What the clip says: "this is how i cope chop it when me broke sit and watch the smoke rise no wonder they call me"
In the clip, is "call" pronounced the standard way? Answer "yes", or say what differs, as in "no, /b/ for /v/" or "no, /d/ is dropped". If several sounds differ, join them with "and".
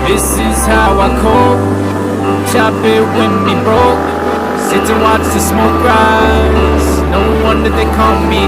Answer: no, /n/ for /l/